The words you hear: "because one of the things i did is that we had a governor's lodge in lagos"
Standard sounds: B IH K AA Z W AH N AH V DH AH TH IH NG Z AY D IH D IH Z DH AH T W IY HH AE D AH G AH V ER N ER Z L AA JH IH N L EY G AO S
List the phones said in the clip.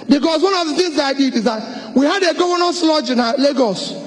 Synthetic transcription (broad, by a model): B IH K AA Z W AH N AH V DH AH TH IH NG Z AY D IH D IH Z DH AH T W IY HH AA D AH G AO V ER N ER S L AA JH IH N L EY G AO S